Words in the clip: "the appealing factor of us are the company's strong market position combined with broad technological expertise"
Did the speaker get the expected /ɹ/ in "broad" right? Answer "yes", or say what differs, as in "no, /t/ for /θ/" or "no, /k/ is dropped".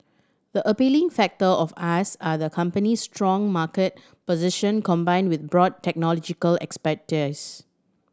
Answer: yes